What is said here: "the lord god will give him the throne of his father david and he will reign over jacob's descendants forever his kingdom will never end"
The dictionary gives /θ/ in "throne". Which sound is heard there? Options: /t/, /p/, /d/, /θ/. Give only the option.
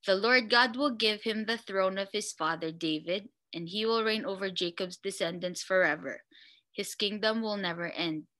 /θ/